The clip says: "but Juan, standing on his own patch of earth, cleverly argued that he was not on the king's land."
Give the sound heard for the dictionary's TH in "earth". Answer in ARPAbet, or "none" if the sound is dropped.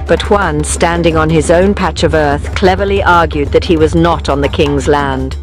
TH